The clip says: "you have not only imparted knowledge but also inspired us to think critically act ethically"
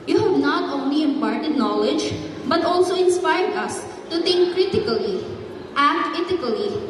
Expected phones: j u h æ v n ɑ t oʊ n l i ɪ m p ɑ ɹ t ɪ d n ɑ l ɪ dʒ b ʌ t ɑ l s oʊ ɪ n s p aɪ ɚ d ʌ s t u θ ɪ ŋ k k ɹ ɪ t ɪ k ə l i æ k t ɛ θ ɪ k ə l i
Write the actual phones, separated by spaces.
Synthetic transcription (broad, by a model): j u h æ v n ɑ t oʊ n l i ɪ m p ɑ ɹ t ɪ d n ɑ l ɪ dʒ b ʌ t ɑ l s oʊ ɪ n s p aɪ ɚ d ʌ s t u t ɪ ŋ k k ɹ ɪ t ɪ k ə l i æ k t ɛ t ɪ k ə l i